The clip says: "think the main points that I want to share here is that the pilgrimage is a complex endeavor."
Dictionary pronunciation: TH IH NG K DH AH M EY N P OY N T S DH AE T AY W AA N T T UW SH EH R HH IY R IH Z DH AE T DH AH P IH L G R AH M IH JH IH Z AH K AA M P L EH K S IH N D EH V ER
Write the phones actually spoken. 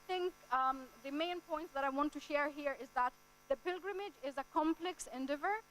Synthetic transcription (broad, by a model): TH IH NG K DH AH M EY N P OY N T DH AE T AY W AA N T T UW SH EH R HH IY R IH Z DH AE T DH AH P IH L G R AH M IH JH IH Z AH K AA M P L EH K S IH N D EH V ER